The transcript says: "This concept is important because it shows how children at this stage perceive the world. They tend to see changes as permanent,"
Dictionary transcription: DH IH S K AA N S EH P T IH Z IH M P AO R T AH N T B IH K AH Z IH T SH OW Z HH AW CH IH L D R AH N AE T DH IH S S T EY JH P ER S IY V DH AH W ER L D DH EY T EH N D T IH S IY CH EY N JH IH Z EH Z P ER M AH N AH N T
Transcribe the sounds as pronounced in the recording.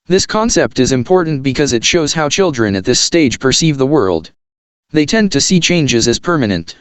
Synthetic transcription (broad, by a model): DH IH S K AA N S EH P T IH Z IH M P AO R T N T B IH K AH Z IH T SH OW Z HH AW CH IH L D R AH N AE T DH IH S S T EY JH P ER S IY V DH AH W ER L D DH EY T EH N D T IH S IY CH EY N JH IH Z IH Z P ER M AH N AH N T